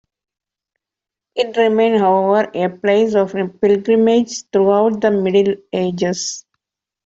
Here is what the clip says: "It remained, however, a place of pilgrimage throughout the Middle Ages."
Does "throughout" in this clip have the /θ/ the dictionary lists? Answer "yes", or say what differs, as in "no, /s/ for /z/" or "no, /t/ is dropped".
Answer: no, /t/ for /θ/